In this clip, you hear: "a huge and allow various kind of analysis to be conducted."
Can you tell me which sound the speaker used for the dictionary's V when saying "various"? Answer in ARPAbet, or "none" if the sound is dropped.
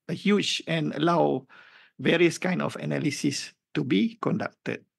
V